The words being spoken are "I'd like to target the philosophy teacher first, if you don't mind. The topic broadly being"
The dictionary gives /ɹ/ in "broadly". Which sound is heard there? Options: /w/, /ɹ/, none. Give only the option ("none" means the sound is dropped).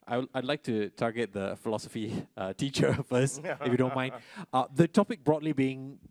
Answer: /ɹ/